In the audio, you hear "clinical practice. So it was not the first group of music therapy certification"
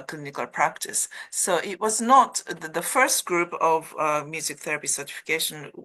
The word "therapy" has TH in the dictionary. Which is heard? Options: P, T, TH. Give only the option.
TH